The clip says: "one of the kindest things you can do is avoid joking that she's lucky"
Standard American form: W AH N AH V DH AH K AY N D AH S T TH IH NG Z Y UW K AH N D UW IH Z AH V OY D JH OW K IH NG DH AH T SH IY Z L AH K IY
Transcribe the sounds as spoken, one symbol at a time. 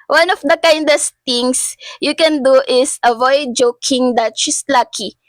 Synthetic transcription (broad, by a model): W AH N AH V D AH K AY N D AH S T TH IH NG S Y UW K AH N D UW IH S AH V OY D JH OW K IH NG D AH T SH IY S L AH K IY